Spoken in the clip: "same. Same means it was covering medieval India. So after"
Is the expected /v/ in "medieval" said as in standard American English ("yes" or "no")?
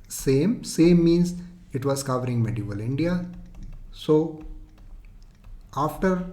yes